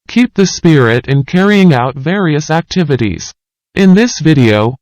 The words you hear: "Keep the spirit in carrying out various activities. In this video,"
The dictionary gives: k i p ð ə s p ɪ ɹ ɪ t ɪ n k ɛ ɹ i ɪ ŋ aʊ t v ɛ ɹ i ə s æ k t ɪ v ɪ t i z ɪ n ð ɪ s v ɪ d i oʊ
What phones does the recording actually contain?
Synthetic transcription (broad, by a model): k i p ð ə s p ɪ ɹ ɪ t ɪ n k ɛ ɹ i ɪ ŋ aʊ t v ɛ ɹ i ə s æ k t ɪ v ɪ t i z ɪ n ð ɪ s v ɪ d i oʊ